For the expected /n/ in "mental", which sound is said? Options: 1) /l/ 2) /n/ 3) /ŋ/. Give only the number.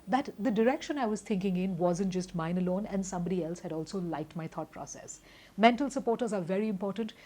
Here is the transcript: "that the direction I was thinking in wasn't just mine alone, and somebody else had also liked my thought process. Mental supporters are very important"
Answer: 2